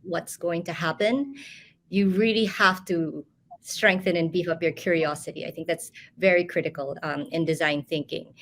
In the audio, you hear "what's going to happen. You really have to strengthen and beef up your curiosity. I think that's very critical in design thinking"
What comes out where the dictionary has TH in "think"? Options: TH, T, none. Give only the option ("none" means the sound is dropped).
TH